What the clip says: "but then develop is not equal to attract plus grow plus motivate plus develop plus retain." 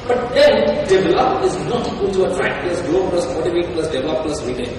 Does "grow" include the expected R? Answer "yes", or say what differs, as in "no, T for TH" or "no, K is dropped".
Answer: no, L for R